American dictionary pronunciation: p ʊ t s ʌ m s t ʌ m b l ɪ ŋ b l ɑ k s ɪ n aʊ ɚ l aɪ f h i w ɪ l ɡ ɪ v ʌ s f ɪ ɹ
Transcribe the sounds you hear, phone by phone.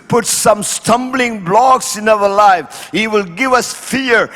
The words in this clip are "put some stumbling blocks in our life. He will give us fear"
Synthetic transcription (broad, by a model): p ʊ t s ʌ m s t ʌ m b l ɪ ŋ b l ɑ k s ɪ n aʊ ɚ l aɪ f h i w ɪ l ɡ ɪ v ʌ s f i ɹ